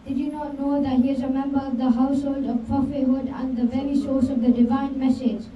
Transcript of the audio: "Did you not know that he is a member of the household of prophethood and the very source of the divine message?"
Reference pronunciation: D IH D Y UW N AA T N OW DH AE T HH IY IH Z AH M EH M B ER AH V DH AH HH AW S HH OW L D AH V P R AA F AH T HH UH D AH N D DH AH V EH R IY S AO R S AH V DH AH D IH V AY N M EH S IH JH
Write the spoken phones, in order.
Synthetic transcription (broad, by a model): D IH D Y UW N AA T N OW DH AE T HH IY IH Z AH M EH M B ER AH V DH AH HH AW S HH OW L D AH V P AA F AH HH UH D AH N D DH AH V EH R IY S AO R S AH V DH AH D IH V AY N M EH S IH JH